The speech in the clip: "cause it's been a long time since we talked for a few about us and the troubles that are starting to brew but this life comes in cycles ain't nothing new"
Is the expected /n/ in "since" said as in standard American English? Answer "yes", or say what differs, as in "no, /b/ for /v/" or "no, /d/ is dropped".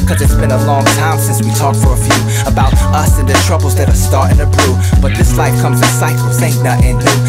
yes